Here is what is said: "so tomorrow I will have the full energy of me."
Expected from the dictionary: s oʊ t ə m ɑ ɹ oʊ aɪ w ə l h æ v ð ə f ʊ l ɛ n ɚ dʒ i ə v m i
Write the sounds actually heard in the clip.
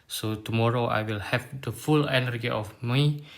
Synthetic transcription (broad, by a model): s oʊ t ə m ɑ ɹ oʊ aɪ w ə l h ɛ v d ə f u l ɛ n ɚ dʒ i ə f m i